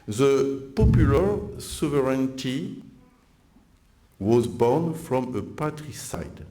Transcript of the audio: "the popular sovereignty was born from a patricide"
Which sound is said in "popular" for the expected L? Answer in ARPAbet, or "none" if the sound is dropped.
L